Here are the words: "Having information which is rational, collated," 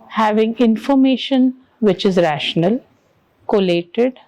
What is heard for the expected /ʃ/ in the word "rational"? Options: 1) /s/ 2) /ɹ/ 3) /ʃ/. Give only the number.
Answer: 3